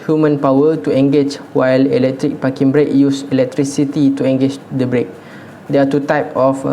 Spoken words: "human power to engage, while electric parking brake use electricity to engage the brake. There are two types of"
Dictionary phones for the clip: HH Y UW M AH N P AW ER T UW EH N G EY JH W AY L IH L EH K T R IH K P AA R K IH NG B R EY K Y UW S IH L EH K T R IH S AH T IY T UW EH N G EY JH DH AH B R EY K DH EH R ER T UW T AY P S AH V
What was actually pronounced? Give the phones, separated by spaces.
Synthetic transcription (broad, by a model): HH Y UW M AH N P AW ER T UW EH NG G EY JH W AY L IH L EH K T R IH K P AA K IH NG B R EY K Y UW S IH L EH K T R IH S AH T IY T UW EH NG G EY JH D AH B R EY K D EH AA T UW T AY P AH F